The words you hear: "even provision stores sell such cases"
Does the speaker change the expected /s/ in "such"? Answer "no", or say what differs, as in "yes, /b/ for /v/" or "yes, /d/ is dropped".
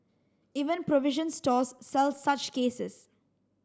no